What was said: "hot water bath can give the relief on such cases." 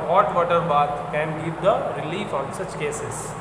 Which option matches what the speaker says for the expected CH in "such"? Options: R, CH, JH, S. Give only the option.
CH